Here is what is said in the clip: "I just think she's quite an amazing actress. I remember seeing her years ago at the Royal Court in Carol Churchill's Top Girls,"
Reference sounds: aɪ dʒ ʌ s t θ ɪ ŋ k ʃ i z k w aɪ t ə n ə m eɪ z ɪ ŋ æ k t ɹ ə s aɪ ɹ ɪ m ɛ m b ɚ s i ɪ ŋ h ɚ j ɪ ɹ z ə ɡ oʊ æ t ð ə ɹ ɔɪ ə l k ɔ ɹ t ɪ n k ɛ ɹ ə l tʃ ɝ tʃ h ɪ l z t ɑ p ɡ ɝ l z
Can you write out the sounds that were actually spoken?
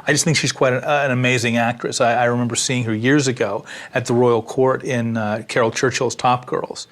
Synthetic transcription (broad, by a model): aɪ dʒ ʌ s t θ ɪ ŋ k ʃ i z k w aɪ t ə n ə m eɪ z ɪ ŋ æ k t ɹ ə s aɪ ɹ ɪ m ɛ m b ɚ s i ɪ ŋ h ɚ j ɪ ɹ z ə ɡ oʊ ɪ t ð ə ɹ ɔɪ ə l k ɔ ɹ t ɪ n k ɛ ɹ l tʃ ɝ tʃ h ɪ l z t ɑ p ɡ ɝ l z